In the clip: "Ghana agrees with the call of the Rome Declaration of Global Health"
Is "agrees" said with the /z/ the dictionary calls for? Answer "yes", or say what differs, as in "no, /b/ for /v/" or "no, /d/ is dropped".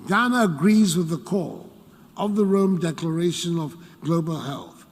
yes